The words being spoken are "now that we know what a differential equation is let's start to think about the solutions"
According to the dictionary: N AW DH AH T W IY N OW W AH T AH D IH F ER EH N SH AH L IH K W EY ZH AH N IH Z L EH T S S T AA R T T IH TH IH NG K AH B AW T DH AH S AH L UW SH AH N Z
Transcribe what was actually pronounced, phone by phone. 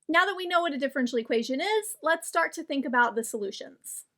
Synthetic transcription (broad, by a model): N AW DH AH T W IY N OW W AH T AH D IH F ER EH N SH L IH K W EY ZH AH N IH Z L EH T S S T AA R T T IH TH IH NG K AH B AW T DH AH S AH L UW SH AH N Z